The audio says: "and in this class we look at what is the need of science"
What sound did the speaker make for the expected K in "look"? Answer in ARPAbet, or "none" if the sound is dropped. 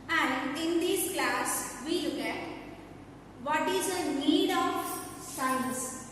K